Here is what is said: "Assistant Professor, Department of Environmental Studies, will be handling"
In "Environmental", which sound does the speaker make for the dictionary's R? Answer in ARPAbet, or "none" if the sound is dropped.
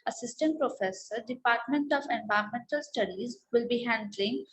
none